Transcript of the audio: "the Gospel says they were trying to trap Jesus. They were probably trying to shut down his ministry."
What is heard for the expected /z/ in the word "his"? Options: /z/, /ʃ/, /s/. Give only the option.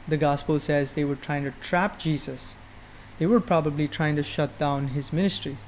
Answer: /z/